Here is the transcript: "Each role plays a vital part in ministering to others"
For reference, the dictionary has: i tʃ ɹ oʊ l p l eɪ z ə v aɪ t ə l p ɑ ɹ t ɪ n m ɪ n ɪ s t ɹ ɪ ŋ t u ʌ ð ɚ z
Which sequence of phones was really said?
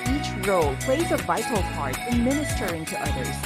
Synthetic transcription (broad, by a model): i tʃ ɹ oʊ l p l eɪ z ə v aɪ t l p ɑ ɹ t ɪ n m ɪ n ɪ s t ɹ ɪ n t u ʌ ð ɚ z